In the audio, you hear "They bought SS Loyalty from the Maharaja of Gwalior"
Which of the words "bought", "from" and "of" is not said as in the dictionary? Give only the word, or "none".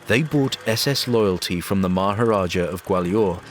none